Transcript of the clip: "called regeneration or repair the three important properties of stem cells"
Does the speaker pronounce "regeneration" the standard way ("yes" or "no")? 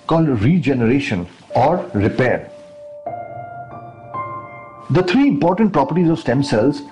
yes